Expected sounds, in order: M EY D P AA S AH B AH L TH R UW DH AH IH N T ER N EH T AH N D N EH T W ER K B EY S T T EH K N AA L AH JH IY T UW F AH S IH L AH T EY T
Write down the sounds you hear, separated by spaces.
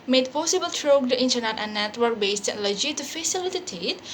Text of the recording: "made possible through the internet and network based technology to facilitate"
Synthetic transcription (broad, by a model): M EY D P AA S AH B AH L T R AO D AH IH N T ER N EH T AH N N EH T W ER K B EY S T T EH N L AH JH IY T UW F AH S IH L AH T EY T